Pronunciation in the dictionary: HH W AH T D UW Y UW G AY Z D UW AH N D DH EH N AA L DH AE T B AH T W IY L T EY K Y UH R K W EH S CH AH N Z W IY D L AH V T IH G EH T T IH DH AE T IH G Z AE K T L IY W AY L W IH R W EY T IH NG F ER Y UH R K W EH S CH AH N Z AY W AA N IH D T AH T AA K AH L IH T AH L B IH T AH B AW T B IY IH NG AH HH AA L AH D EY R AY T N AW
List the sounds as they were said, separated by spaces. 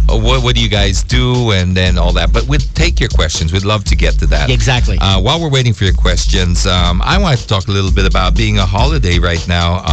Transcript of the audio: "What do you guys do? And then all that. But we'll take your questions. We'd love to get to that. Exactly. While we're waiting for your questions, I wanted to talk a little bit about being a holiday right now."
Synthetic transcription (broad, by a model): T W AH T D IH Y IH G AY Z D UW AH N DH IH N AA L DH AE T B AH T W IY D T EY K Y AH R K W EH S CH AH N Z W IY D L AH V T IH G EH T T IH DH AE T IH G Z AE K T L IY W AY L W IH R W EY T IH NG F ER Y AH R K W EH S CH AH N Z AY W AA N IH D T AH T AA K AH L IH T L B IH T AH B AW T B IY IH NG AH HH AA L AH D EY R AY T N AW